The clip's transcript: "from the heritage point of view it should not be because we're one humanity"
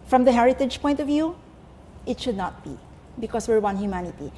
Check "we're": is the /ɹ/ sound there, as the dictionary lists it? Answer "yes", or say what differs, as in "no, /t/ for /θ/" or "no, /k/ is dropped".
yes